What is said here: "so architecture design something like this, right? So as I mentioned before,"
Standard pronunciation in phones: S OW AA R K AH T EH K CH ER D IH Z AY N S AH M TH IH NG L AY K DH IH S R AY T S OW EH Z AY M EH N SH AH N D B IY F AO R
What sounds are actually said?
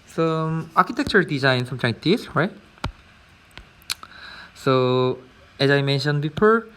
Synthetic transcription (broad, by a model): S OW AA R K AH T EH K CH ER D IH Z AY N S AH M T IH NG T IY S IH R AY T S OW EH Z AY M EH N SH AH N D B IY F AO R